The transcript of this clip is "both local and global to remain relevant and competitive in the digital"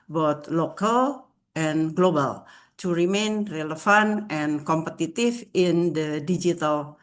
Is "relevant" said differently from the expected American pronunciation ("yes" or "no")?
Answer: yes